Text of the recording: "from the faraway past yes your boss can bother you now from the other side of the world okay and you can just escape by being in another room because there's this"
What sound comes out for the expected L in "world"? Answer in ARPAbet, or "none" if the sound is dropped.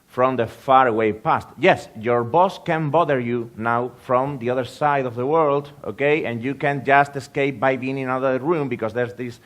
L